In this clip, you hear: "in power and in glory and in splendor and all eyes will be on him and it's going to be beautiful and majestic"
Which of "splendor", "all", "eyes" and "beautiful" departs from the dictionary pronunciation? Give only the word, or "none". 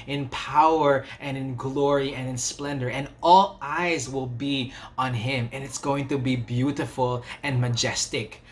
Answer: none